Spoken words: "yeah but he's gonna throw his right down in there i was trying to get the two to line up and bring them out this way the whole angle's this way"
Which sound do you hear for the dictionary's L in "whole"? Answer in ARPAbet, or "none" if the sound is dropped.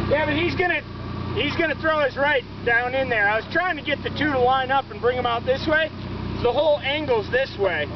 L